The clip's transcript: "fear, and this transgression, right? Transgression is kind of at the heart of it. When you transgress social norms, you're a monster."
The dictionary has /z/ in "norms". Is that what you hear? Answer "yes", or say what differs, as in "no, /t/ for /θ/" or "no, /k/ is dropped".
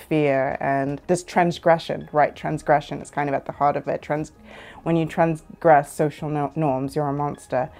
yes